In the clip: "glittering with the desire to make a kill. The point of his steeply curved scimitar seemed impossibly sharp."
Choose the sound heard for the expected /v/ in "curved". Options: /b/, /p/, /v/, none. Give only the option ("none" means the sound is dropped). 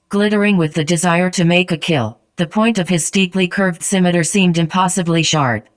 /v/